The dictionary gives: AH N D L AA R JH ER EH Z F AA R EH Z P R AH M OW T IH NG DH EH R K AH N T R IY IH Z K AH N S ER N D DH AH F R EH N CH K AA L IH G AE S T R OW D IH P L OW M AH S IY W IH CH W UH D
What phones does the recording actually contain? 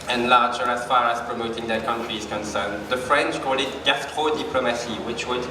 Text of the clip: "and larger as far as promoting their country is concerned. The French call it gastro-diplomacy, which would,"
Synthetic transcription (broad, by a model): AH N L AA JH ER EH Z F AA R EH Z P R AH M OW T IH NG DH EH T K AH N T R IY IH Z K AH N S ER N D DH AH F R EH N CH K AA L IH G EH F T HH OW D IH P L OW M AH S IY W IH CH W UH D